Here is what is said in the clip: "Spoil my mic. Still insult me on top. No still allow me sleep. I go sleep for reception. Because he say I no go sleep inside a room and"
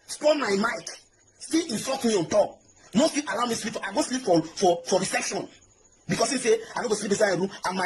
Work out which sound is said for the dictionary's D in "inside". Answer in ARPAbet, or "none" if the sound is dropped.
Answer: none